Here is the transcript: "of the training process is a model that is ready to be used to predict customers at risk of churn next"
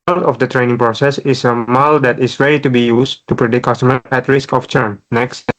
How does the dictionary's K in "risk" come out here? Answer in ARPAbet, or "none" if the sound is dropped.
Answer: K